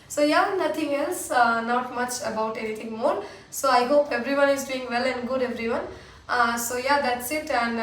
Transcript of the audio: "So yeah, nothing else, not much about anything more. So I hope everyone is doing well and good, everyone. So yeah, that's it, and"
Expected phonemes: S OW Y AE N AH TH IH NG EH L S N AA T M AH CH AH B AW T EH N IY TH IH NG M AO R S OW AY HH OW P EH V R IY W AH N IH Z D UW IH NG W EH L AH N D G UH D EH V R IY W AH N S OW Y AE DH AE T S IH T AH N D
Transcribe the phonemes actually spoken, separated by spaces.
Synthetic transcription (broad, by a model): S OW Y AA N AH T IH NG EH L S N AA T M AH CH AH B AW T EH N IY T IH NG M AO R S OW AY HH OW P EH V R IY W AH N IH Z D UW IH NG W EH L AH N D G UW D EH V R IY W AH N S OW Y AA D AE T S IH T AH N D